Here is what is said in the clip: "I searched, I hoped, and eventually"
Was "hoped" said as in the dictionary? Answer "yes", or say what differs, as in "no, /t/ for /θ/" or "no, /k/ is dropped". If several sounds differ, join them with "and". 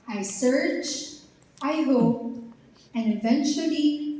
no, /t/ is dropped